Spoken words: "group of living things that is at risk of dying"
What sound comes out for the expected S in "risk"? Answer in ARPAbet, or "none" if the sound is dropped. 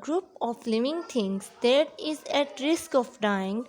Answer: S